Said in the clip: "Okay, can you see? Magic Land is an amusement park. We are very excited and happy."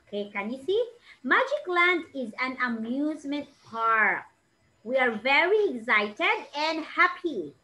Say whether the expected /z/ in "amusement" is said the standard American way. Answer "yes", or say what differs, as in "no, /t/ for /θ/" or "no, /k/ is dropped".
yes